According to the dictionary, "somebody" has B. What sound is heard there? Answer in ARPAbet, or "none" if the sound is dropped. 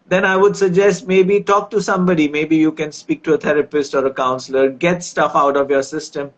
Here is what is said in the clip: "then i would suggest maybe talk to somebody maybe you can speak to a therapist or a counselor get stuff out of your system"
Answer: B